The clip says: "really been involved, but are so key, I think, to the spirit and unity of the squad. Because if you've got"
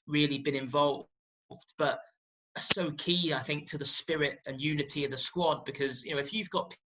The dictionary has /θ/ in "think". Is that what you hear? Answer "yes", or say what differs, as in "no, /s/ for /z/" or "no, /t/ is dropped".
yes